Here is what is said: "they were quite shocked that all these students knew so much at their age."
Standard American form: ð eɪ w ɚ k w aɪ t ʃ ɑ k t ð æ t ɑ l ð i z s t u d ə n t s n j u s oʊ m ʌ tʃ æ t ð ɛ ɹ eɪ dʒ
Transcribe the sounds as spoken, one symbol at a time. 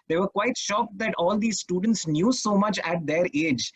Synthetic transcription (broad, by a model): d eɪ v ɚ k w aɪ t ʃ ɑ k t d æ t ɑ l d i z s t u d ə n t s n j u s oʊ m ʌ tʃ æ t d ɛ ɹ eɪ dʒ